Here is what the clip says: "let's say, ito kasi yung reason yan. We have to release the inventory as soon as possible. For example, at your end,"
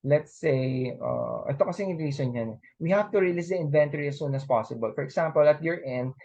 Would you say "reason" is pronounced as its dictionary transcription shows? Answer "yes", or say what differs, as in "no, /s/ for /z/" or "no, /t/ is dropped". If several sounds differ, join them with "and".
no, /s/ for /z/